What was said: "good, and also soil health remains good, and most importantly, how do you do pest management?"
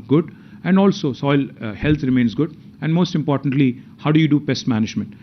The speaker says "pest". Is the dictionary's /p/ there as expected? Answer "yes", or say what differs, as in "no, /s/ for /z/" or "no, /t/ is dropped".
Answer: no, /b/ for /p/